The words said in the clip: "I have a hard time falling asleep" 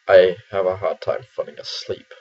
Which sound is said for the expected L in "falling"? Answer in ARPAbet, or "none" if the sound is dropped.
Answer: N